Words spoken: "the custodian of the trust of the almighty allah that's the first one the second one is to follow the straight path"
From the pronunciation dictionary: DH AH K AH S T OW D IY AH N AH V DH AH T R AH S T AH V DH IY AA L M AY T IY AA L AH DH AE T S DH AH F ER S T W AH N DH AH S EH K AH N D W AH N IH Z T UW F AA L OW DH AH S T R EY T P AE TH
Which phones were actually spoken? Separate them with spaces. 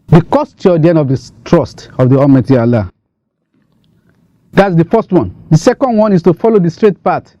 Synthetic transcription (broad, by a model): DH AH K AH S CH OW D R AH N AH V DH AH T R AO S T AH V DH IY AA M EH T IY AA L AH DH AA T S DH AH F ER S T W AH N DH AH S EH K AH N D W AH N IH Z T UW F AA L OW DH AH S T R EY T P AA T